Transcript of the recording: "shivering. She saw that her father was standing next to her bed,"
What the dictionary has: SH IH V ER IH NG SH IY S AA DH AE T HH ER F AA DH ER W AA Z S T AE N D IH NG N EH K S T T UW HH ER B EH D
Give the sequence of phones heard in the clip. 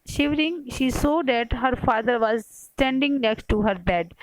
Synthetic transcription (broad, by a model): SH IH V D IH NG SH IY S AA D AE T HH ER F AA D ER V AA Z S T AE N D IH NG N EH K S T T UW HH ER B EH D